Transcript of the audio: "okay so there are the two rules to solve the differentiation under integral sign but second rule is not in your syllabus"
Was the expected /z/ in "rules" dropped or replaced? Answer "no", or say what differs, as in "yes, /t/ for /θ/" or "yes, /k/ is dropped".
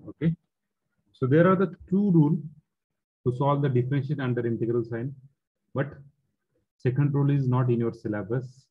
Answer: yes, /z/ is dropped